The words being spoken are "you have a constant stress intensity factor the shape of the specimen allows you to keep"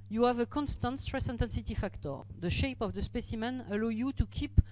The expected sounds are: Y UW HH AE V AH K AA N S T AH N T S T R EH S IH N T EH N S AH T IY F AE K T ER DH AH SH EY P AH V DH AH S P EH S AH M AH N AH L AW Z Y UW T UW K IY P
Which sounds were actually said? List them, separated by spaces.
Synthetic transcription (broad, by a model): Y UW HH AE V AH K AA N S T AH N T S T R EH S IH N T EH N S AH T IY F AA K T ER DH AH SH EY P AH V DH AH S P EH S AH M AH N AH L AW Y UW T UW K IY P